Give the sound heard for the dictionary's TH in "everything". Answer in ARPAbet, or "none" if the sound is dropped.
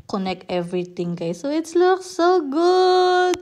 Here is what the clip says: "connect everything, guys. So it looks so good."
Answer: T